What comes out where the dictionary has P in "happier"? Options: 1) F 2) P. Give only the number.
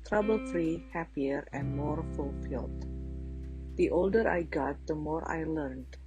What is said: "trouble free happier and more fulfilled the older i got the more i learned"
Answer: 2